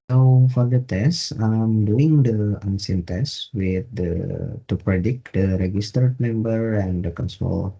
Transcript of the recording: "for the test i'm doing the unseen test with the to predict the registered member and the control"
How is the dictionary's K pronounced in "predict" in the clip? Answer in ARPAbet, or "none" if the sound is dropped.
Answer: K